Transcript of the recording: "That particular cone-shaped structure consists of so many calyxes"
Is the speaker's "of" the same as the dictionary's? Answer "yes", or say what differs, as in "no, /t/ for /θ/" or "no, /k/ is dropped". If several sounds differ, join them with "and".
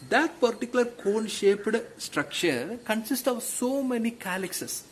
yes